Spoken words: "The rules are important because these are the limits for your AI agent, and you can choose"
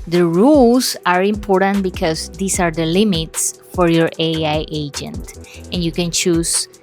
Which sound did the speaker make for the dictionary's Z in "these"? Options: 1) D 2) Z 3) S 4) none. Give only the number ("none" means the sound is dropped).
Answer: 3